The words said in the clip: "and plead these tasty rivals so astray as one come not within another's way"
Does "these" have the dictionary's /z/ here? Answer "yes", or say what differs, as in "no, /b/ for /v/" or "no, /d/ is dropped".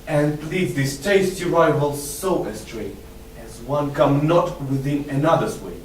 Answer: no, /s/ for /z/